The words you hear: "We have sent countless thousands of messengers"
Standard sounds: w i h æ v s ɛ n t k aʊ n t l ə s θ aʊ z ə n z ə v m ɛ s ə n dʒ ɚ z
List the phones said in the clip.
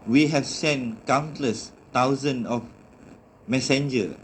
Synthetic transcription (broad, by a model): w i h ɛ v s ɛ n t k aʊ n t l ə s t aʊ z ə n ə f m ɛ s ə n dʒ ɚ